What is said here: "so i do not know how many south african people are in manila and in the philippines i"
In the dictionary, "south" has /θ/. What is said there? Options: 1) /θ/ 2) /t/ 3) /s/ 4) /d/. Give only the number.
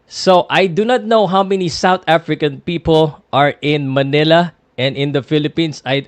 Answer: 2